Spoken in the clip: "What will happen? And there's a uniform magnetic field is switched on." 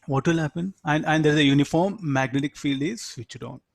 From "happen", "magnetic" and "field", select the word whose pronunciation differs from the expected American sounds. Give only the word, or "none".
none